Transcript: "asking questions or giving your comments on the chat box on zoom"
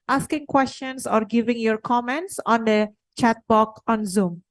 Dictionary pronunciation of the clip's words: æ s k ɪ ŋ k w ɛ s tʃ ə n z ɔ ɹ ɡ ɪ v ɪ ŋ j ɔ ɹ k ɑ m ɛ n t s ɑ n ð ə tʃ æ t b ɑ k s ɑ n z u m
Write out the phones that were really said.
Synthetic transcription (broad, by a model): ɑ s k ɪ ŋ k w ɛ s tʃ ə n s ɔ ɹ ɡ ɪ v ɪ ŋ j ɔ ɹ k ɑ m ɛ n t s ɑ n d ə tʃ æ t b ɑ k ɑ n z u m